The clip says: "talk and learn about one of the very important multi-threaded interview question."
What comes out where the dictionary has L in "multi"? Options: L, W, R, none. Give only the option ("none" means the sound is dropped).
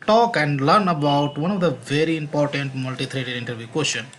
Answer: L